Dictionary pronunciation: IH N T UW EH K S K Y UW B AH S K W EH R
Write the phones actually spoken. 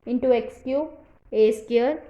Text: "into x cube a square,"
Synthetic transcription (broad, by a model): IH N T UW EH K S K Y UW AH S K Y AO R